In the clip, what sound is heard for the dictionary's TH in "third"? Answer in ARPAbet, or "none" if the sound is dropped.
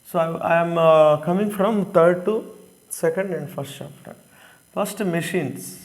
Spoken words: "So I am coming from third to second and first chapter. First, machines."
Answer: T